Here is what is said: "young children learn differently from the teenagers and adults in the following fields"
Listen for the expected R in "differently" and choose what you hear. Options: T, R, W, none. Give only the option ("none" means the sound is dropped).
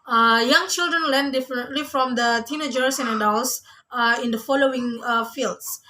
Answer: none